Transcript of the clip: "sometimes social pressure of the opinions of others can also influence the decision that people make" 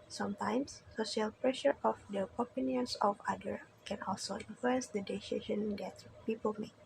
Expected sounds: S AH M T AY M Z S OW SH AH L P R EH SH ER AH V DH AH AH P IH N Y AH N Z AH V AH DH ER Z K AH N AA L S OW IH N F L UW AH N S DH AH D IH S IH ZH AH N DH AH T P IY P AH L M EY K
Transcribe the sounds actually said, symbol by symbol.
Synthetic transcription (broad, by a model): S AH M T AY M S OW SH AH L P R EH SH ER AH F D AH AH P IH N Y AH N S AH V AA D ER K AH N AA L S OW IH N F L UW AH N S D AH D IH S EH SH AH N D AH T P IY P AH L M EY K